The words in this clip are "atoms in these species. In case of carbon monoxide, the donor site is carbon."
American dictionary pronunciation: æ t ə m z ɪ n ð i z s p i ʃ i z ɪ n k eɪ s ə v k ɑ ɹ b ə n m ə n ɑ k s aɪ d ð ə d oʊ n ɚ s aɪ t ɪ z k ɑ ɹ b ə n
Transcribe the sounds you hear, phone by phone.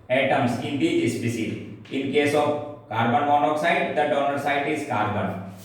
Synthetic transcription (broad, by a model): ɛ t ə m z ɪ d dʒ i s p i s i ɪ n k eɪ s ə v k ɑ ɹ b ə n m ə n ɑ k s aɪ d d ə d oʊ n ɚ s aɪ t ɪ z k ɑ ɹ b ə n